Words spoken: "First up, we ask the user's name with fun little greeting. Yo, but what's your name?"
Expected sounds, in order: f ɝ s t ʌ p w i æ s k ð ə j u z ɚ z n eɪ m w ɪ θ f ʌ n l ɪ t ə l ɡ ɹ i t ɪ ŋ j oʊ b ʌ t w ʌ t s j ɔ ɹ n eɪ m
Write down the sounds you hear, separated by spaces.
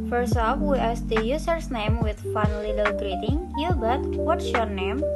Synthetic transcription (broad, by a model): f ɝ s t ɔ f w i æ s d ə j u s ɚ s n eɪ m w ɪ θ f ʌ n l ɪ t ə l ɡ ɹ i t ɪ ŋ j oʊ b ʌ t w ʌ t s j ɔ ɹ n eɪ m